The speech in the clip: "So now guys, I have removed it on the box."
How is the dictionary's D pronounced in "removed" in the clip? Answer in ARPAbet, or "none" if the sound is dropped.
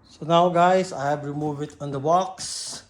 none